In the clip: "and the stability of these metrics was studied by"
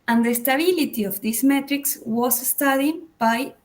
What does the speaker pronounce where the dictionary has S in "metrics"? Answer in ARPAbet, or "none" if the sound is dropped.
S